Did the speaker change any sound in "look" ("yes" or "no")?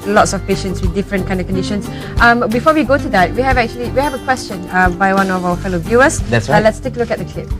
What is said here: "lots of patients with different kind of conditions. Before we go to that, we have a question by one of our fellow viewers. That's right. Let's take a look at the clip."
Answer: no